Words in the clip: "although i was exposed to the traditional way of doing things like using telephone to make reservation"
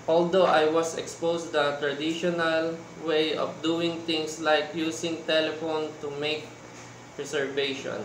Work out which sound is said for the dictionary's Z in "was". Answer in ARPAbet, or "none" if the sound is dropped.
S